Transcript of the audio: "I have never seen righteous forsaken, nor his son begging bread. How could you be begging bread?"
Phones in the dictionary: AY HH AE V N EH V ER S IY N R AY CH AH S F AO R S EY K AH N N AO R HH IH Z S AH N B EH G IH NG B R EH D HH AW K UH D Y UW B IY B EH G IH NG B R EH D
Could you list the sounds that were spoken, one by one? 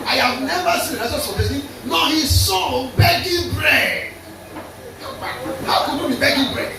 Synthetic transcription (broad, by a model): AY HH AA V N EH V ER S IY N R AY S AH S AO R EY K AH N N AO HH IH S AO B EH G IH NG B R EH D HH AW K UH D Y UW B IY B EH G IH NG B R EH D